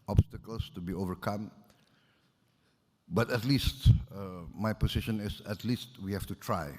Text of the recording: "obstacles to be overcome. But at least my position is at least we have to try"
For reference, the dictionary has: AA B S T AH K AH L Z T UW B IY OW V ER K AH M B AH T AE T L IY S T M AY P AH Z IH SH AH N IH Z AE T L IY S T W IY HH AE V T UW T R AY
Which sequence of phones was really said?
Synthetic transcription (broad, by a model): AA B S T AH K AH L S T UW B IY OW V ER K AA M B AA T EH T L IY S T M AY P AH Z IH SH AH N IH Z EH T L IY S T W IY HH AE F T UW T R AY